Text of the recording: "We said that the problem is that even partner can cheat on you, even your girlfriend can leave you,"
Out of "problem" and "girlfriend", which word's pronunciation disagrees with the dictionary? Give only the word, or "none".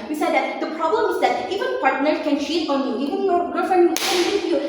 girlfriend